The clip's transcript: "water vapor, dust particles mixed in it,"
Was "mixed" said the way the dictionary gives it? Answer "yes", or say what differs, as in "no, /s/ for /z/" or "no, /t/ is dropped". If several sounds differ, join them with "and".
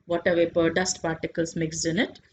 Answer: no, /t/ is dropped